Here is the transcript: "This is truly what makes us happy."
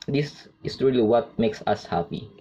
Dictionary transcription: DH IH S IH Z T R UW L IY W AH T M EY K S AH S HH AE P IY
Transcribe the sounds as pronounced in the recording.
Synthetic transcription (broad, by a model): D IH S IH S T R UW L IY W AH T M EY K S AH S HH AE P IY